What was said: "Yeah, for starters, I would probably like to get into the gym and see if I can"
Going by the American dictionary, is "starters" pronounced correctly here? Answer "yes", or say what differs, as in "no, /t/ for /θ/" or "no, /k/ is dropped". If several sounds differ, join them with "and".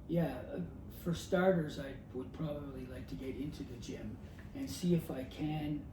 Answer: yes